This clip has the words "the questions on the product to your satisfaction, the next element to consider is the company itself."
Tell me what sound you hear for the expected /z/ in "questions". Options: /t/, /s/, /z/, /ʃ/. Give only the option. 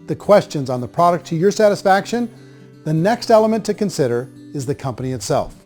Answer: /z/